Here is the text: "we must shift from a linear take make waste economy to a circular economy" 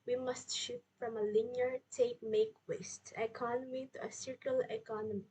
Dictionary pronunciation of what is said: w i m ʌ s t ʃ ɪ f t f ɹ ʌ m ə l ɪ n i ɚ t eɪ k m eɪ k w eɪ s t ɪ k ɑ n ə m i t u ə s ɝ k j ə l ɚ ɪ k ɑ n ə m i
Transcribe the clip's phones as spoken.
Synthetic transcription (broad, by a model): w i m ʌ s t ʃ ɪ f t f ɹ ʌ m ə l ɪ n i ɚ t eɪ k m eɪ k w eɪ s t ɪ k ɑ n ə m i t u ə s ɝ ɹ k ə l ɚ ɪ k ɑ n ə m i